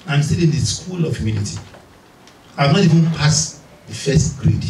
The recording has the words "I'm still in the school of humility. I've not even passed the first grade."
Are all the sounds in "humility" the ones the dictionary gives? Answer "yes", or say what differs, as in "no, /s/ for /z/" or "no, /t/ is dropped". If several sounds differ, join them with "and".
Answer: no, /n/ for /l/